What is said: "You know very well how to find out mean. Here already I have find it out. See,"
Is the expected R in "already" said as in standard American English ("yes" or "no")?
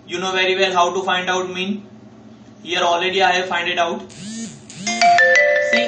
no